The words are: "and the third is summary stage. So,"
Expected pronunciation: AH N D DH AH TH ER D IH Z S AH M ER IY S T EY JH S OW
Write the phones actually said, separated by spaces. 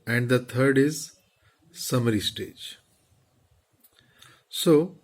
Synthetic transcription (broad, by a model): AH N D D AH T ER D IH Z S AH M ER IY S T EY JH S OW